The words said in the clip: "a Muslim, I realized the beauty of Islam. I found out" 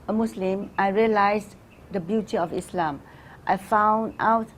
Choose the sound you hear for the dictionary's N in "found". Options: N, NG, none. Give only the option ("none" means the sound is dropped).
N